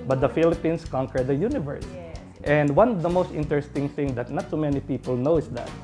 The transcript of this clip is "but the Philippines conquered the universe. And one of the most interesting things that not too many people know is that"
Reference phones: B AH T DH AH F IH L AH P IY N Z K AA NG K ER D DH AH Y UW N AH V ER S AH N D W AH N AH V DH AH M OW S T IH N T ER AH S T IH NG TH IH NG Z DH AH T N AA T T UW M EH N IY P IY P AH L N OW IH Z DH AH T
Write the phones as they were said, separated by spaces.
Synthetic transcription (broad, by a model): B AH T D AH F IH L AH P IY N S K AA NG K ER D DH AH Y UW N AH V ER S AH N D W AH N AH V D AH M OW S T IH N T ER AH S T IH NG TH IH NG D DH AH T N AA T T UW M EH N IY P IY P AH L N OW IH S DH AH T